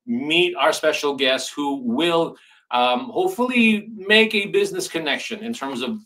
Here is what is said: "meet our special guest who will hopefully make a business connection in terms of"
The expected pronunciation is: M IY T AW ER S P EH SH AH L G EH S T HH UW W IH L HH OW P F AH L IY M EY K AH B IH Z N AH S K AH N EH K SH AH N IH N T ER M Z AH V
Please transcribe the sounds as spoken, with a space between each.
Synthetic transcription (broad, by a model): M IY T AW ER S P EH SH L G EH S T HH UW W IH L HH OW P F L IY M EY K AH B IH Z N AH S K AH N EH K SH AH N IH N T ER M Z AH V